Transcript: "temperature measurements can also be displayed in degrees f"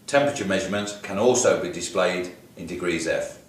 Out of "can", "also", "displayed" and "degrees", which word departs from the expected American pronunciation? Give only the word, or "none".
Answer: none